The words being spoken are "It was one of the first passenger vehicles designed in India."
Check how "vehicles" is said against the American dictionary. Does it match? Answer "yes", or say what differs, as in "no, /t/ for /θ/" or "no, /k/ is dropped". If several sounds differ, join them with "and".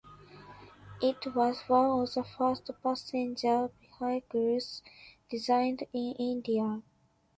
no, /b/ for /v/